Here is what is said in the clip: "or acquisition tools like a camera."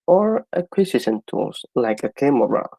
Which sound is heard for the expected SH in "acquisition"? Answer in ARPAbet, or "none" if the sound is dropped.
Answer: S